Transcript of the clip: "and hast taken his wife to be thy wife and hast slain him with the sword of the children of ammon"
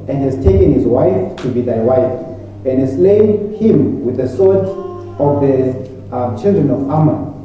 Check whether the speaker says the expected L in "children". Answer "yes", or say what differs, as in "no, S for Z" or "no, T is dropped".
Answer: yes